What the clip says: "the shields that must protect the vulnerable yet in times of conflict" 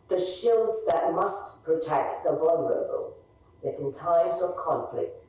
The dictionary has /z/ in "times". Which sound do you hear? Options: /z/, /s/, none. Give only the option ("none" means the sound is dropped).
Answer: /z/